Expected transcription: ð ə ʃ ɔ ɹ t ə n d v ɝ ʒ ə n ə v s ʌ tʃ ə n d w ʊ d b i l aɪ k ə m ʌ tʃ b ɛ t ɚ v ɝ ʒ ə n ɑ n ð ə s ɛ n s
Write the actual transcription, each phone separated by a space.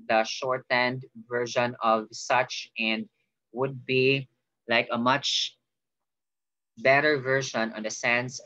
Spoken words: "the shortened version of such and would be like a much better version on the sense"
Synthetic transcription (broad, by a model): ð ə ʃ ɔ ɹ t ə n d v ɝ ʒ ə n ə v s ʌ tʃ ə n d w ʊ d b i l aɪ k ə m ʌ tʃ b ɛ t ɚ v ɝ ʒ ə n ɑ n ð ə s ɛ n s